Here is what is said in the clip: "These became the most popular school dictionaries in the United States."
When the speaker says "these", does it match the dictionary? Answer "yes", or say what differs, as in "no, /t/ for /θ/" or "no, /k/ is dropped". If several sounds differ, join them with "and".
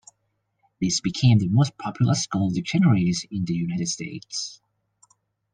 no, /s/ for /z/